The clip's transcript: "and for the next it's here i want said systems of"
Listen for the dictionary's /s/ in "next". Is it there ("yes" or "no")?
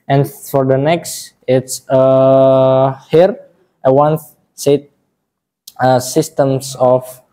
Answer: yes